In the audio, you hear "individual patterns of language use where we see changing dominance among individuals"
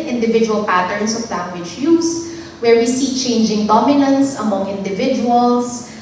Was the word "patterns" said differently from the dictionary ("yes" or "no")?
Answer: yes